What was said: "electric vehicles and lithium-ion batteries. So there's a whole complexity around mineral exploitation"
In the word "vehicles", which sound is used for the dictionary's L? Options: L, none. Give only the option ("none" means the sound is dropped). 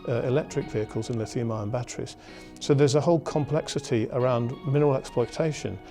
L